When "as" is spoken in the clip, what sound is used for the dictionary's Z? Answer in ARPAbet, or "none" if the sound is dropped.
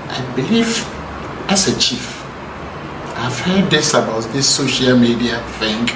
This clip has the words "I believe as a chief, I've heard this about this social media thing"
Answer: S